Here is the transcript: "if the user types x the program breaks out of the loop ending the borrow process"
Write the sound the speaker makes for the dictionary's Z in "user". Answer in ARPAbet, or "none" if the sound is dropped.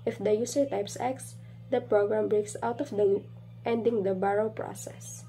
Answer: S